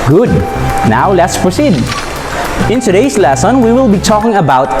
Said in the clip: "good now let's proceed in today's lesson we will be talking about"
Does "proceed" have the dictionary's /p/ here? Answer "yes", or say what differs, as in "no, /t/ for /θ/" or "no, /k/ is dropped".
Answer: no, /f/ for /p/